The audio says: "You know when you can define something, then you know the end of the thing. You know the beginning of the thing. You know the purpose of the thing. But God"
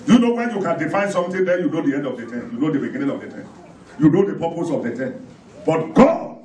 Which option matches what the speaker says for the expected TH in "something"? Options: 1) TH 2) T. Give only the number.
2